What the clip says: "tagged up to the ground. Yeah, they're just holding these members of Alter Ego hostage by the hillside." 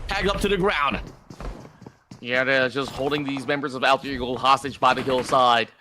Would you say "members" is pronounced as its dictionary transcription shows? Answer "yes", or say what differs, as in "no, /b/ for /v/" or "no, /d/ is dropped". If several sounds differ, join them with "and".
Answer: yes